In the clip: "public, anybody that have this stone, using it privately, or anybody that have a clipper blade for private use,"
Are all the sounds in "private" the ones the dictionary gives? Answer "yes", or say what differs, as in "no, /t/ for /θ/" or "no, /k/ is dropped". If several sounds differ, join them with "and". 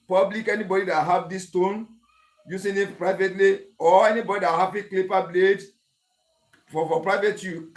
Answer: yes